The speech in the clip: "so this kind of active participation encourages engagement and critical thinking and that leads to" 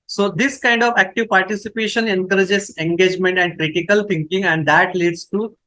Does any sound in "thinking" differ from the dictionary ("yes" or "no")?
yes